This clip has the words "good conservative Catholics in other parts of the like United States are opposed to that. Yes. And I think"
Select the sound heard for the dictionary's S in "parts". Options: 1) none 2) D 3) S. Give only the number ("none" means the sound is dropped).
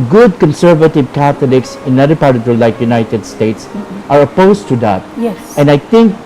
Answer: 1